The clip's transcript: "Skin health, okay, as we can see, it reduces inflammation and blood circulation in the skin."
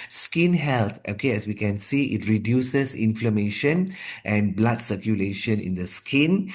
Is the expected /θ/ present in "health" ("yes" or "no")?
no